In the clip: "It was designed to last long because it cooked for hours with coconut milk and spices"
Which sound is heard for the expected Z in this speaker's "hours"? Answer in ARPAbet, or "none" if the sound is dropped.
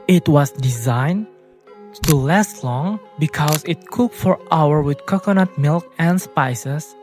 none